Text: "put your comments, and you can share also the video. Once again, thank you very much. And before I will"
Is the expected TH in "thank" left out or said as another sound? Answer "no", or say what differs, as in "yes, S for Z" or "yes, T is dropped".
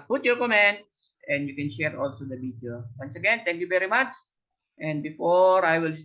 yes, T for TH